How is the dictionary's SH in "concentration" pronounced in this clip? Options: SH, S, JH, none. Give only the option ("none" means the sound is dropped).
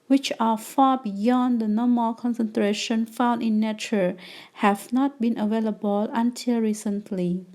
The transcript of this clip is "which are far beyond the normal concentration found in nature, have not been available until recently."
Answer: SH